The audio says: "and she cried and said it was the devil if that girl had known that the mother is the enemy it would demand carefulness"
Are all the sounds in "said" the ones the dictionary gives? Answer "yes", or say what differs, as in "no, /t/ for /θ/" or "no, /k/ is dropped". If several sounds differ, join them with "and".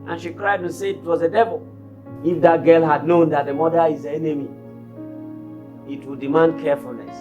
no, /d/ is dropped